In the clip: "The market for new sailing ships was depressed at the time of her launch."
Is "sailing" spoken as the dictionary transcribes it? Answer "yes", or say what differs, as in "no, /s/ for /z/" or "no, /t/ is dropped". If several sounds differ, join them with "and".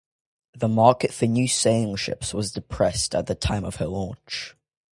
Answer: no, /l/ is dropped